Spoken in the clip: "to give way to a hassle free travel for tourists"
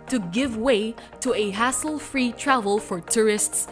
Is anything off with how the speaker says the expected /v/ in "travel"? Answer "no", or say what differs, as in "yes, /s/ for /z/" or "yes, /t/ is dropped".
no